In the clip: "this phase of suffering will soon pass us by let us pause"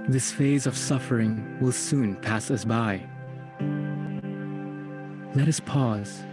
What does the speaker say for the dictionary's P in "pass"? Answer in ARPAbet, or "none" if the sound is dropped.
P